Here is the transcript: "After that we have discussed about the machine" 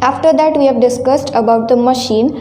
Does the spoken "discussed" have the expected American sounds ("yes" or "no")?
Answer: yes